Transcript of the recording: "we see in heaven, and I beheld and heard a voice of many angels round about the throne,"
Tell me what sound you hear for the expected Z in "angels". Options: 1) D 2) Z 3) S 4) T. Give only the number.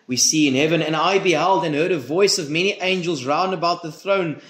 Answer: 2